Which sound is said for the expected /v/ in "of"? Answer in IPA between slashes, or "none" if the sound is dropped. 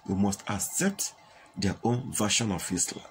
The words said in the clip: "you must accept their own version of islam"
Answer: /f/